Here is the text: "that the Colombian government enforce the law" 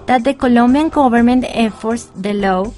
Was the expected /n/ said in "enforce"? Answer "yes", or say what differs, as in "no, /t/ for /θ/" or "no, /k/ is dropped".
no, /n/ is dropped